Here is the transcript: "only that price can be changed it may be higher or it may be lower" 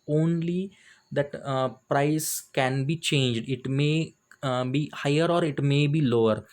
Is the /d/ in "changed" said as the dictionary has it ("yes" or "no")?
yes